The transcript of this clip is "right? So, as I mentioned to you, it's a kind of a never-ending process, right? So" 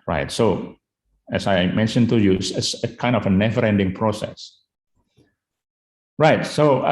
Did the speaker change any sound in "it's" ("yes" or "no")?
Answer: yes